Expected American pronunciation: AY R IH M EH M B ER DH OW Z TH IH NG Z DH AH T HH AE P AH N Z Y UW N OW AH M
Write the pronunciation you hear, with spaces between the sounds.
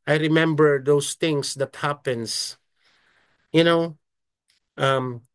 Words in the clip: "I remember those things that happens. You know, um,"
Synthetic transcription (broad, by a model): AY R IH M EH M B ER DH OW S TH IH NG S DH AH T HH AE P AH N S Y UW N OW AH M